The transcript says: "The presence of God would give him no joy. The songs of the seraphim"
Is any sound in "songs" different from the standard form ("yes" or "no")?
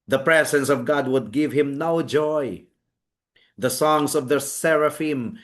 yes